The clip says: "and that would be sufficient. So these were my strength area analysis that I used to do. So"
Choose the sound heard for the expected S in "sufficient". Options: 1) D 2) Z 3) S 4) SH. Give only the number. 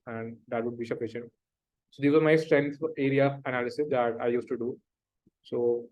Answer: 4